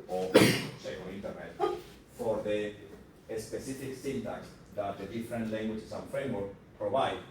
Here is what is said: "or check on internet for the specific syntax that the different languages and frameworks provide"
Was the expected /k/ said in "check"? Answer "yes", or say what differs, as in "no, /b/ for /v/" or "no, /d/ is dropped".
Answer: no, /k/ is dropped